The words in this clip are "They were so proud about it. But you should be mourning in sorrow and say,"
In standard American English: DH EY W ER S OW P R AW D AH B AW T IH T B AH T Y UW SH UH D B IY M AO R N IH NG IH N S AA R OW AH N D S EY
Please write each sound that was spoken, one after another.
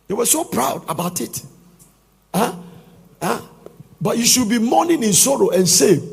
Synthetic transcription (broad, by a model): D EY W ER S OW P R AW D AH B AW T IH T B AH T Y UW SH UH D B IY M AO N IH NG IH N S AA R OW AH N S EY